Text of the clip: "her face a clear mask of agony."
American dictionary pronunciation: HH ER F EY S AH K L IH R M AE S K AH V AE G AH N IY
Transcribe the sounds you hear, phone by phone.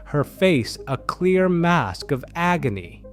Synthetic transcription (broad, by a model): HH ER F EY S AH K L IH R M AE S K AH V AE G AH N IY